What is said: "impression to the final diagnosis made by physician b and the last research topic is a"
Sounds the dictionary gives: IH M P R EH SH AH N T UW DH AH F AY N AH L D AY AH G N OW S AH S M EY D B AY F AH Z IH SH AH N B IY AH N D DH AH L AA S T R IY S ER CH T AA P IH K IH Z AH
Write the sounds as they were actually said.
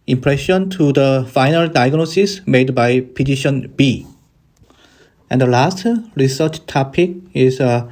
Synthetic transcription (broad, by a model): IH M P R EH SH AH N T UW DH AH F AY N AH L D AY AH G N OW S AH S M EY D B AY P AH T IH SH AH N B IY AH N D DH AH L AA S T R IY S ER CH T AA P IH K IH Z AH